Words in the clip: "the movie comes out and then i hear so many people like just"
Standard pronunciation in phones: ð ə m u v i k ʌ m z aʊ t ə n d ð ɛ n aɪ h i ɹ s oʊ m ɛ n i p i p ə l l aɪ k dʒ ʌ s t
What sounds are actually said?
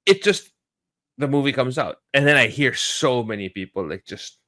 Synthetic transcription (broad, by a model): ð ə m u v i k ʌ m z aʊ t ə n ð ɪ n aɪ h i ɹ s oʊ m ɛ n i p i p l l aɪ k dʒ ʌ s t